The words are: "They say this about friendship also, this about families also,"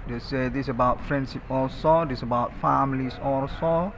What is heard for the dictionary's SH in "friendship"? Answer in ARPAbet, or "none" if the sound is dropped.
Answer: S